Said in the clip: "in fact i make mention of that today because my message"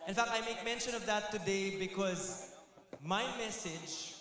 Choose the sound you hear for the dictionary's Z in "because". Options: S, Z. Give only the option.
Z